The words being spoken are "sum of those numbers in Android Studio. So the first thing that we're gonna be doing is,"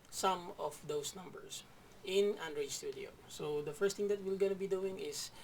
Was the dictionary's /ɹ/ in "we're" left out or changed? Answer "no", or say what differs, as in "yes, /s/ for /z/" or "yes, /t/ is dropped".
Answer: yes, /l/ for /ɹ/